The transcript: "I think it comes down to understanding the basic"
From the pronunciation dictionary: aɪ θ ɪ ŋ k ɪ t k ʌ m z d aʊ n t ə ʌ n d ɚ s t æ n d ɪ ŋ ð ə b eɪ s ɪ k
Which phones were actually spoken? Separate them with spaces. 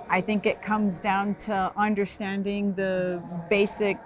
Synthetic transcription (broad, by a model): aɪ θ ɪ ŋ k ɪ t k ʌ m z d aʊ n t ə ʌ n d ɚ s t æ n d ɪ ŋ ð ə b eɪ s ɪ k